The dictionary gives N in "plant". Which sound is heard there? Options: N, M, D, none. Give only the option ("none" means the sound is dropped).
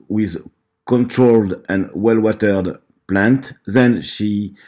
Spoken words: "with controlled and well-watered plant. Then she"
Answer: N